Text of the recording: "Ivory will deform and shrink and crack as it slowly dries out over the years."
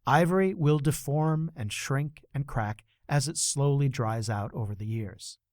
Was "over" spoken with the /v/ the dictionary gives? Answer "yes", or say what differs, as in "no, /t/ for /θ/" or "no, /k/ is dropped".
yes